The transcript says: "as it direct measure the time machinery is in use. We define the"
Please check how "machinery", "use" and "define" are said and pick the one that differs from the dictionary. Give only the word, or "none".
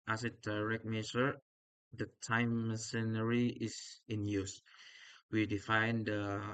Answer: machinery